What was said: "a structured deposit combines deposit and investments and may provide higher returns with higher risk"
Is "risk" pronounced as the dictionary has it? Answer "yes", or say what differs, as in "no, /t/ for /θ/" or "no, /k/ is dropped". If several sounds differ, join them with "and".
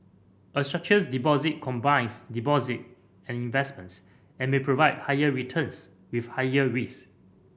no, /k/ is dropped